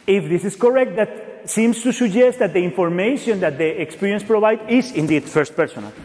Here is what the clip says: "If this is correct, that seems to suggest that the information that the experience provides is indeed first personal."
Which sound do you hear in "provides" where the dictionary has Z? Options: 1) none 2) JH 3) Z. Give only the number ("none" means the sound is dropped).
1